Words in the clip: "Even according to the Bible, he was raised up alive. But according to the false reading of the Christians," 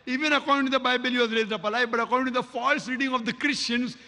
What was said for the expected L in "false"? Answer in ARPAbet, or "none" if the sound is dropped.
L